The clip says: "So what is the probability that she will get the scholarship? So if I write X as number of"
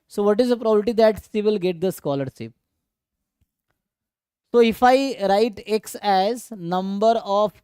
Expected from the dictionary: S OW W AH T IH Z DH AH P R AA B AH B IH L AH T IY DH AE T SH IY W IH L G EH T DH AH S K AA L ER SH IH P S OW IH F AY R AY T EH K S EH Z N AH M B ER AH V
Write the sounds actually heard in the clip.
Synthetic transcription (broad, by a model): S OW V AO T IH Z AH P R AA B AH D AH T IY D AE T S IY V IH L G EH T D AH S K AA L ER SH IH P S OW IH F AY R AY T EH K S EH Z N AH M B ER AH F